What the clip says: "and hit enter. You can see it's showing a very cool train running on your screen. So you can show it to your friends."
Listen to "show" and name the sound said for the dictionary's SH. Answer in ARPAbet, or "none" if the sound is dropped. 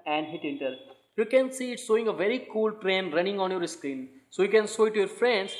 S